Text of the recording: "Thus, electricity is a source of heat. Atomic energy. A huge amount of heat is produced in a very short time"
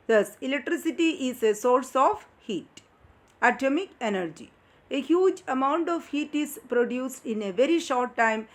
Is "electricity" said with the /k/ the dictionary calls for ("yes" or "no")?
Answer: yes